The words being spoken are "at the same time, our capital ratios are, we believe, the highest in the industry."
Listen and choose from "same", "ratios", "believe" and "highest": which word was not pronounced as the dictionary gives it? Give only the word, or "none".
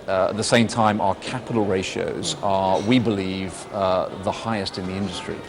none